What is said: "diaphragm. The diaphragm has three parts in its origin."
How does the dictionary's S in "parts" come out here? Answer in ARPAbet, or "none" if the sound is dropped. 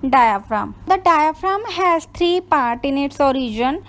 none